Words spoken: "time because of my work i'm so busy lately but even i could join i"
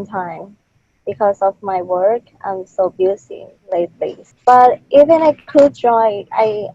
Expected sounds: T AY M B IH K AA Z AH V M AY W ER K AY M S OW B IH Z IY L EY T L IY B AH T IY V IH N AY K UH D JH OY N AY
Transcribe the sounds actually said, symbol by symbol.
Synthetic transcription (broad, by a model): T AY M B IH K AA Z AH V M AY W ER K AY M S OW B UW S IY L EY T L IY B AH T IY V IH N AY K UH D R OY AY